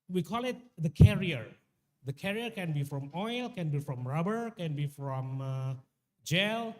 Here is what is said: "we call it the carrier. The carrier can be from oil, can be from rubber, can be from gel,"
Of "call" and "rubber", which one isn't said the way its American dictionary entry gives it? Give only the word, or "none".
none